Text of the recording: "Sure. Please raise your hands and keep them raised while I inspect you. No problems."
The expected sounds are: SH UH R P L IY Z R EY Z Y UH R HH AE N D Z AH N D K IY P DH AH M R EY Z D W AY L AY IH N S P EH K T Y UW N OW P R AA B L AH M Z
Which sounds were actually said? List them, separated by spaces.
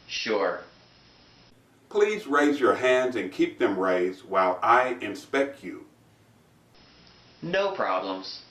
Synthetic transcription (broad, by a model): SH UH R P L IY Z R EY Z Y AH R HH AE N D Z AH N K IY P DH AH M R EY Z D W AY L AY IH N S P EH K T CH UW N OW P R AA B L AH M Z